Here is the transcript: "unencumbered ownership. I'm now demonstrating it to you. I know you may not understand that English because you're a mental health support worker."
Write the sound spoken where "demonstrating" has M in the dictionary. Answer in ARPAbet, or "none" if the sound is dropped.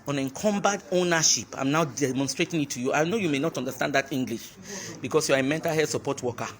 M